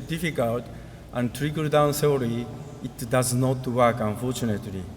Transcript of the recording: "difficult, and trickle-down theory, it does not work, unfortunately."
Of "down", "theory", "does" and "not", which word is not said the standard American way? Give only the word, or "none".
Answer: theory